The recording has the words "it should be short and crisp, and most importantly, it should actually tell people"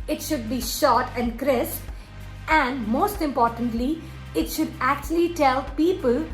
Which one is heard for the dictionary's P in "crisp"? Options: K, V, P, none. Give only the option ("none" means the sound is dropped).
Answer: none